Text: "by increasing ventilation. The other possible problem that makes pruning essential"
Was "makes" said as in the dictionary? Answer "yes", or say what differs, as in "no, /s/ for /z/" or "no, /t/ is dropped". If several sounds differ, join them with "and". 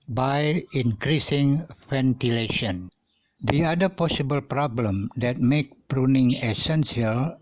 no, /s/ is dropped